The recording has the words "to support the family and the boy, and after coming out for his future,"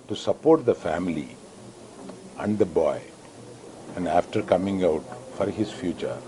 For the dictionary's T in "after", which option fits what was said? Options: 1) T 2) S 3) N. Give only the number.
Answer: 1